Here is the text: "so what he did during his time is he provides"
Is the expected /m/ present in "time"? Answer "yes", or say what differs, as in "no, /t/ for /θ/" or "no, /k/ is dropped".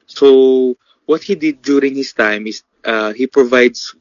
yes